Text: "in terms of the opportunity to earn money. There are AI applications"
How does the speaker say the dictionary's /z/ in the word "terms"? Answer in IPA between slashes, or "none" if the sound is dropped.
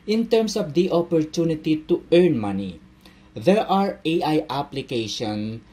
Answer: /s/